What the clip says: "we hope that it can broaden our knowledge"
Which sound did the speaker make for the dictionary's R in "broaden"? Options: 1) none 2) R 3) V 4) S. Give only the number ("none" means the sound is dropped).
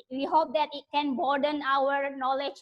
1